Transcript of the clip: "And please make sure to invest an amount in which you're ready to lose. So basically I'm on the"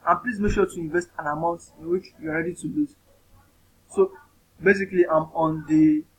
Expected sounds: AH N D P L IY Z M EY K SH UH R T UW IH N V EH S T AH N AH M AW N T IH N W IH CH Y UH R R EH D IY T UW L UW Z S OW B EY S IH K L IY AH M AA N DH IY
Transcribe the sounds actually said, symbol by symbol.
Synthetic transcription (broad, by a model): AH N P L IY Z M EY K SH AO T UW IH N V EH S T AH N AH M AW N T IH N W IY CH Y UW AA R EH D IY T UW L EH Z S OW B EY S IH K L IY AH M AA N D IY